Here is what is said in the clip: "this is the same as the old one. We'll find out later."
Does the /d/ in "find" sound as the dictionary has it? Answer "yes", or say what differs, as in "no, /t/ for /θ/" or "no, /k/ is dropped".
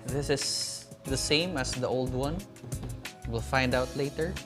yes